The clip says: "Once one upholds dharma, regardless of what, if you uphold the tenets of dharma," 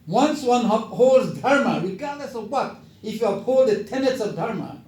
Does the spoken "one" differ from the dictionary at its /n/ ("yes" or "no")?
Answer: no